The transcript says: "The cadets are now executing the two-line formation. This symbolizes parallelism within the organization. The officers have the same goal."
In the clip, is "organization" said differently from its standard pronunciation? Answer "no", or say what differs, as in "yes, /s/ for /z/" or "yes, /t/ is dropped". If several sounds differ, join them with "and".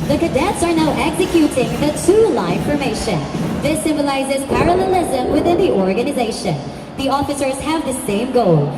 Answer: no